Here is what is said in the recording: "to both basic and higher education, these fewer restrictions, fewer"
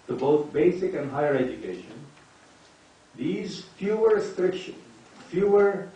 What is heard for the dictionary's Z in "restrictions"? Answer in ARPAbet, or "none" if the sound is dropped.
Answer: none